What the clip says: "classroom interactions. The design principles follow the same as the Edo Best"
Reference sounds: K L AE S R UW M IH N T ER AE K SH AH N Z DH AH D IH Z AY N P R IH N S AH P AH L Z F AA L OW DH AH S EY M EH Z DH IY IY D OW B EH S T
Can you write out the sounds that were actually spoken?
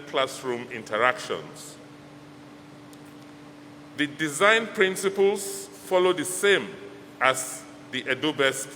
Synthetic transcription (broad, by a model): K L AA S R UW M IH N T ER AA K SH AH N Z DH AH D IH Z AY N P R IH N S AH P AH L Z F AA L OW DH AH S EY M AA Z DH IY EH D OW B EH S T